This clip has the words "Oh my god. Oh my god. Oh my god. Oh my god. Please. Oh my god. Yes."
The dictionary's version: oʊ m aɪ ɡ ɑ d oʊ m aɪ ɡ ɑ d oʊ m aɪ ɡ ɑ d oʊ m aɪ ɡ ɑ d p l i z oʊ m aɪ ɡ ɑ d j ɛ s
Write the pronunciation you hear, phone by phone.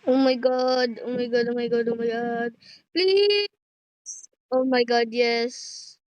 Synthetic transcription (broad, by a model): oʊ m aɪ ɡ ɑ d oʊ m aɪ ɡ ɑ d oʊ m aɪ ɡ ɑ d oʊ m aɪ ɡ ɑ d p l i s oʊ m aɪ ɡ ɑ d j ɛ s